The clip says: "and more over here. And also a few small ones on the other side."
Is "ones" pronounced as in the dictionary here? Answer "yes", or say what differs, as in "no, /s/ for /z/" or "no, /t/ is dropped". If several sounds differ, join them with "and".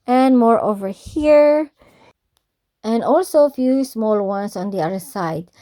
no, /s/ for /z/